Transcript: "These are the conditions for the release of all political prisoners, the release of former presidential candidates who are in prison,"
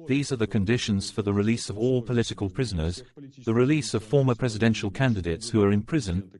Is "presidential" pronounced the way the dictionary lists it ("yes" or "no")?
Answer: yes